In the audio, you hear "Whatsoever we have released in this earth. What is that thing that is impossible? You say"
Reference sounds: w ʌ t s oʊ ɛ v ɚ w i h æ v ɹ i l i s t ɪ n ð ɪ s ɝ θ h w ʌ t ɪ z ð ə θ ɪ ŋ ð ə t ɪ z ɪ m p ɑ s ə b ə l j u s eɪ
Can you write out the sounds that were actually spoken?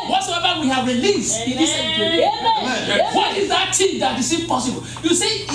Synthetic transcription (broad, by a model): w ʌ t s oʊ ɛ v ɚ w i h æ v ɹ i l i s t ɪ n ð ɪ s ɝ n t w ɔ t ɪ z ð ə t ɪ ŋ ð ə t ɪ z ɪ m p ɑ s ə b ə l j u s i